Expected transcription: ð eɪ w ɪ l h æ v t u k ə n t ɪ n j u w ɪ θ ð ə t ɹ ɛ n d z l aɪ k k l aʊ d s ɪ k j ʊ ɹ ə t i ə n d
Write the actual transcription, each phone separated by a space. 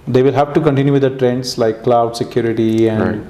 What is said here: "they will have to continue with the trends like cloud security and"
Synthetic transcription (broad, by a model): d eɪ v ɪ l h æ v t u k ə n t ɪ n j u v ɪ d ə t ɹ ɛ n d s l aɪ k k l aʊ d s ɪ k j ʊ ɹ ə t i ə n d